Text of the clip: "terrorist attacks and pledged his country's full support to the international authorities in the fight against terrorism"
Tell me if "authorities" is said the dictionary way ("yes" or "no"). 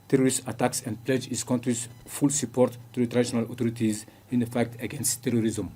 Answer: no